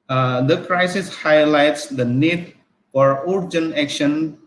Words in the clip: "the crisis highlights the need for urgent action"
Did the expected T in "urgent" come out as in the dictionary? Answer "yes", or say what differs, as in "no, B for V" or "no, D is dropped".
no, T is dropped